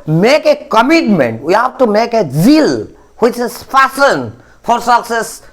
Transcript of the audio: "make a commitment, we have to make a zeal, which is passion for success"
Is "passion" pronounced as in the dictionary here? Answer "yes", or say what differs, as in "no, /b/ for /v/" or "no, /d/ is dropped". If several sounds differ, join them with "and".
no, /f/ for /p/ and /s/ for /ʃ/